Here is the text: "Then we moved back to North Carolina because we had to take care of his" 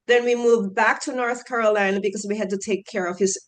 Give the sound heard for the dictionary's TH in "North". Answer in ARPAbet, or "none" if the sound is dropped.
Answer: TH